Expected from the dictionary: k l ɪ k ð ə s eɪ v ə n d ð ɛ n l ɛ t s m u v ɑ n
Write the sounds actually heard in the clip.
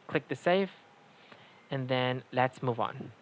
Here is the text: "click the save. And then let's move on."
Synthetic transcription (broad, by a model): k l ɪ k ð ə s eɪ f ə n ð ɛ n l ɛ t s m u v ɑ n